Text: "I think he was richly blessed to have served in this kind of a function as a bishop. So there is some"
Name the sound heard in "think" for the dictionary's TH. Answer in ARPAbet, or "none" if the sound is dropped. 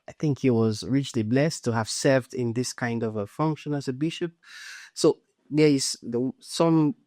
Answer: TH